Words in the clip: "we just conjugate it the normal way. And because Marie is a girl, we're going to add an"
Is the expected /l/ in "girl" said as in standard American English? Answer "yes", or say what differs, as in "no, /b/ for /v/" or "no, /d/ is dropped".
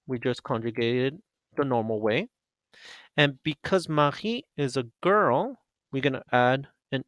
yes